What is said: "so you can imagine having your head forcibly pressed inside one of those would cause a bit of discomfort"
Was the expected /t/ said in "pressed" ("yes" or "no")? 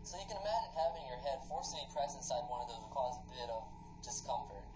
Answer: no